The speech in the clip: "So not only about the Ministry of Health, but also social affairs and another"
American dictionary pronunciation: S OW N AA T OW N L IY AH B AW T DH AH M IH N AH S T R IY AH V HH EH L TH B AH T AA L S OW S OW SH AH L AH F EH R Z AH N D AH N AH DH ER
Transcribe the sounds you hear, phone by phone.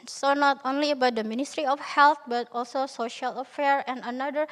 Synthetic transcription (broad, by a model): S OW N AA T OW N L IY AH B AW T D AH M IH N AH S T R IY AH F HH EH L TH B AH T AA L S OW S OW SH AH L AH F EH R AH N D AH N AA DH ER